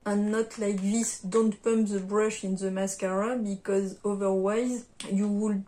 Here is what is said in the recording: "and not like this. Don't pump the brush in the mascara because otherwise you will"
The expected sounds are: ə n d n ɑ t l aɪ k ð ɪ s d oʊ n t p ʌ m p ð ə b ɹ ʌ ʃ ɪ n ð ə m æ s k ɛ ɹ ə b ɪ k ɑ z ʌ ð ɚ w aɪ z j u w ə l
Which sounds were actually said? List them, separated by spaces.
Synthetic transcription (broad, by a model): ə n n ɑ t l aɪ k ð ɪ s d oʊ n t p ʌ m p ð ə b ɹ ʌ ʃ ɪ n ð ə m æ s k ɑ ɹ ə b ɪ k ɑ z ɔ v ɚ w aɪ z j u w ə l